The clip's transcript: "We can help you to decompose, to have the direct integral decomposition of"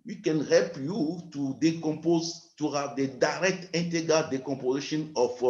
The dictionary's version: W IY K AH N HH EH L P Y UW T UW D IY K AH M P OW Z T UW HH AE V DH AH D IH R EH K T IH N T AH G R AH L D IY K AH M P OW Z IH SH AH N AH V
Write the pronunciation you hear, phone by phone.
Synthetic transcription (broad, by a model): W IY K AH N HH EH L P Y UW T UW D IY K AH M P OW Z T UW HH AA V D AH D IH R EH K T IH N T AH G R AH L D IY K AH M P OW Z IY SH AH N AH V